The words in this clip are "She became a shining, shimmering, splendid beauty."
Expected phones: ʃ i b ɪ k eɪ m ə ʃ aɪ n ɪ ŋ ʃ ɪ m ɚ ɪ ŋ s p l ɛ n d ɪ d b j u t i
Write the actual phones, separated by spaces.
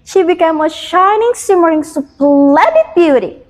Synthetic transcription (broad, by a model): ʃ i b ɪ k eɪ m ə ʃ aɪ n ɪ ŋ s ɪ m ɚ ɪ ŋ s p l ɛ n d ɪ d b j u t i